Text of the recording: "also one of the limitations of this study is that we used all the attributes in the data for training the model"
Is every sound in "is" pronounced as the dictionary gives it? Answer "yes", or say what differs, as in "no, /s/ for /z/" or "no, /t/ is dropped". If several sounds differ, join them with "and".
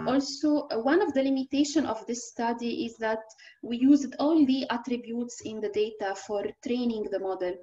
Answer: yes